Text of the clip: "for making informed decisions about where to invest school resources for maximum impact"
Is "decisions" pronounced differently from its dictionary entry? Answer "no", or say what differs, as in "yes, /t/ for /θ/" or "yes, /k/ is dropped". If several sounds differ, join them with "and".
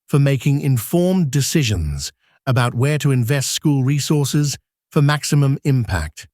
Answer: no